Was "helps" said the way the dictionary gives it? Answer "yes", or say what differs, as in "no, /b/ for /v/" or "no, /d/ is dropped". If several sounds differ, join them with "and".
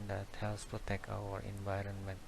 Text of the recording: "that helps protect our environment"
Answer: no, /p/ is dropped